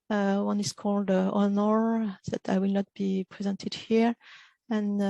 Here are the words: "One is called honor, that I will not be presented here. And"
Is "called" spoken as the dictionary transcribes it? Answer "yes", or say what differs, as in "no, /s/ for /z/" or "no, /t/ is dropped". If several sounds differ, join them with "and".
yes